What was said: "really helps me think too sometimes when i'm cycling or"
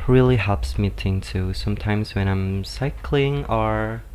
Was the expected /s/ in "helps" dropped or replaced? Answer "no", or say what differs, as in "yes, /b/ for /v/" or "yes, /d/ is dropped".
no